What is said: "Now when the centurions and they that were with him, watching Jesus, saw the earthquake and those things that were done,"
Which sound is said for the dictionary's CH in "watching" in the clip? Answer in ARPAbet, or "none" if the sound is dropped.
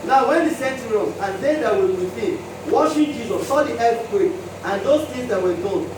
SH